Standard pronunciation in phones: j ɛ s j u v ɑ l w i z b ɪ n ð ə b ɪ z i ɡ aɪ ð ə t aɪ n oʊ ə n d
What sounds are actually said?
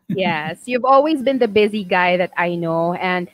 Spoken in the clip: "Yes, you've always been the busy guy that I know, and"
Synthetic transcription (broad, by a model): j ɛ s j u v ɑ l w i z b ɪ n ð ə b ɪ z i ɡ aɪ ð ə t aɪ n oʊ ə n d